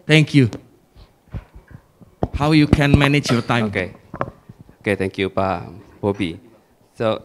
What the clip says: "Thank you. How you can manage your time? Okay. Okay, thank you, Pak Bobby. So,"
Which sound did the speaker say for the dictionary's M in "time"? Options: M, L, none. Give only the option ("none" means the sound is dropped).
none